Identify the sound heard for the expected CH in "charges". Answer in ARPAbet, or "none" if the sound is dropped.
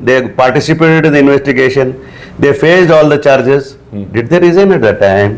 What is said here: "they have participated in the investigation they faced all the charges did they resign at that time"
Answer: CH